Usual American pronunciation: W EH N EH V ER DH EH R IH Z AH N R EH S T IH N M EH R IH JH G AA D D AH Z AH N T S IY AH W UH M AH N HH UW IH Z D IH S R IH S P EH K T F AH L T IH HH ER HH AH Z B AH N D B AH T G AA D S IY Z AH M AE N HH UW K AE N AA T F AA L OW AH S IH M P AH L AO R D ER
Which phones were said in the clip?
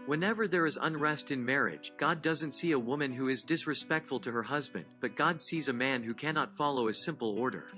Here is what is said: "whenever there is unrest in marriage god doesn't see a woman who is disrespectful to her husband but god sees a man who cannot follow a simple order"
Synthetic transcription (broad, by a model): W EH N EH V ER DH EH R IH Z AH N R EH S T IH N M EH R IH JH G AA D D AH Z AH N T S IY AH W UH M AH N HH UW IH Z D IH S R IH S P EH K T F L T IH HH ER HH AH Z B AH N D B AH T G AA D S IY Z AH M AE N HH UW K AE N AA T F AA L OW AH S IH M P L AO R D ER